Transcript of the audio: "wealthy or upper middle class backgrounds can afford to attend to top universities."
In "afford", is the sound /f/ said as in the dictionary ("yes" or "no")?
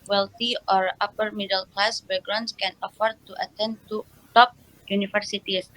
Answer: yes